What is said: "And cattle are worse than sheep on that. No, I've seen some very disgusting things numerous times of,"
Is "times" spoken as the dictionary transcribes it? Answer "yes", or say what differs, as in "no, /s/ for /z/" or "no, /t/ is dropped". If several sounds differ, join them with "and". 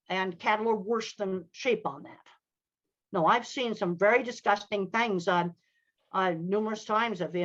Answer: yes